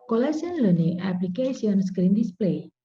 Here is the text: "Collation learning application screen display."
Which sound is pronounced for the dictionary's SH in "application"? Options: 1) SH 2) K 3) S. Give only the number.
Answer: 3